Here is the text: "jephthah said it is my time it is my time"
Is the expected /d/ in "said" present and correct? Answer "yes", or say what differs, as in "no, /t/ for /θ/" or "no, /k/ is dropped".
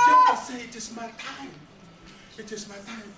no, /d/ is dropped